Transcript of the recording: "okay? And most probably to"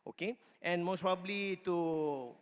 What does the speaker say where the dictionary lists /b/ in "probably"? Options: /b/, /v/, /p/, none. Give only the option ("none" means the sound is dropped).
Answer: /b/